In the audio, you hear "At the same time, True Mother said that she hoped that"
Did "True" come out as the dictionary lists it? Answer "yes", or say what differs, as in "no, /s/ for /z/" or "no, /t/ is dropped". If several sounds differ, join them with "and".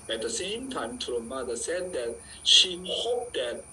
no, /ɹ/ is dropped